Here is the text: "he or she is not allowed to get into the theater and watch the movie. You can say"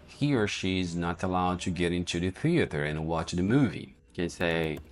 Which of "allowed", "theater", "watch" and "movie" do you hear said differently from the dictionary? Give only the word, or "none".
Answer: none